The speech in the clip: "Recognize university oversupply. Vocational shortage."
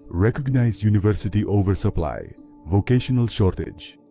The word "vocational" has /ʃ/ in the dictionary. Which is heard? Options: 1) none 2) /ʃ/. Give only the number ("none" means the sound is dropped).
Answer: 2